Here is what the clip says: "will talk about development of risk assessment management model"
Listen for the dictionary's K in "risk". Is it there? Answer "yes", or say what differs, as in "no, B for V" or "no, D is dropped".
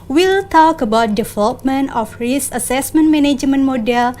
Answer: no, K is dropped